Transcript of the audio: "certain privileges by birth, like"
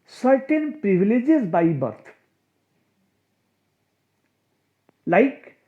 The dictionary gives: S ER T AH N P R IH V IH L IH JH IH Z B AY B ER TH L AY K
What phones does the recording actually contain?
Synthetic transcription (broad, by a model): S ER T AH N P R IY B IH L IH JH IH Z B AY B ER T L AY K